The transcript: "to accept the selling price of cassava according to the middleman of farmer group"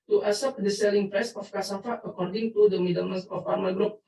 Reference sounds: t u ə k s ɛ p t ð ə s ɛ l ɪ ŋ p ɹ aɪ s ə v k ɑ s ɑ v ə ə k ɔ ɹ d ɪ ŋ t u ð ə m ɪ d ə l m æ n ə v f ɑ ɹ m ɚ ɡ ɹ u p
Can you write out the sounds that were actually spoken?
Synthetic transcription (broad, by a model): t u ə s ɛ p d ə s ɛ l ɪ ŋ p ɹ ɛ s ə f k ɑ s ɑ f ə ə k ɔ ɹ d ɪ ŋ t u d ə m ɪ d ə m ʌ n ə f ɑ ɹ m ɚ ɡ ɹ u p